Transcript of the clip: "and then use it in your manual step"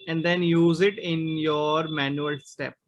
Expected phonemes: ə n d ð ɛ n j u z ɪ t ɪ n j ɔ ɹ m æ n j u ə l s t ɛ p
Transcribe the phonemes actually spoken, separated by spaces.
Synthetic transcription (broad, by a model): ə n d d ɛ n j u z ɪ t ɪ n j ɔ ɹ m æ n j u ə l s t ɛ p